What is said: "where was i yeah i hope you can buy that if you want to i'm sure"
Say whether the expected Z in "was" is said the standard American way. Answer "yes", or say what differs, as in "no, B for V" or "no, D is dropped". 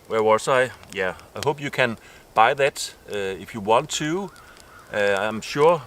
no, S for Z